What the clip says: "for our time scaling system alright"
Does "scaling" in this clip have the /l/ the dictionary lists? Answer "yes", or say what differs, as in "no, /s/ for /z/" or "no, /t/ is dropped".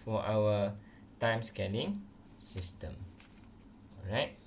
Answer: no, /n/ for /l/